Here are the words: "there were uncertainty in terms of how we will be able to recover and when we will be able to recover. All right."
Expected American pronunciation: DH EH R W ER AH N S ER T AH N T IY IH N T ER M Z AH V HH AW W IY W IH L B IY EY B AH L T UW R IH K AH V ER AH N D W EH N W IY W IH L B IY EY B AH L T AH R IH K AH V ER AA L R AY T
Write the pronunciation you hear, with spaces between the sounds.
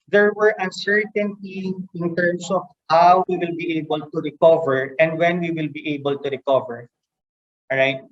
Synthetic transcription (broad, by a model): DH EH R W ER AH N S ER T AH N T IY IH N T ER M S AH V HH AW W IY W IH L B IY EY B AH L T UW R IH K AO V ER AH N D W EH N W IY W IH L B IY EY B AH L T AH R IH K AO V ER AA R AY T